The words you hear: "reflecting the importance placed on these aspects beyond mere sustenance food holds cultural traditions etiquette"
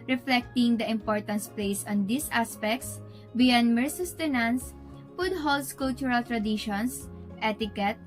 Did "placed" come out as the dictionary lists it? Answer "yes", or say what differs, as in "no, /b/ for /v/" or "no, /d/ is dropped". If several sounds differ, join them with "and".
no, /t/ is dropped